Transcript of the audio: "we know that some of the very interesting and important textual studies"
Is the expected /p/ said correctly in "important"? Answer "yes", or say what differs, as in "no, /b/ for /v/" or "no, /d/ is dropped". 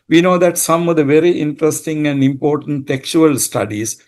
yes